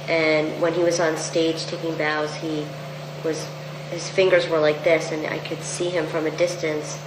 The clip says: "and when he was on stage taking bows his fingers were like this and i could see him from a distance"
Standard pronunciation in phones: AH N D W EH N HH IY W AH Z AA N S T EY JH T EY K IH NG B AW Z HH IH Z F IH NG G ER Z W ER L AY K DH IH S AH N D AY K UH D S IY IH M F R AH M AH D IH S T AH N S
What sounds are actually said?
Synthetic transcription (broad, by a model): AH N W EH N IY W AH Z N S T EY JH T EY K IH NG B AW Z HH IH Z F IH NG G ER Z W ER L AY K DH IH S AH N AY K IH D S IY IH M F R AH M AH D IH S T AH N S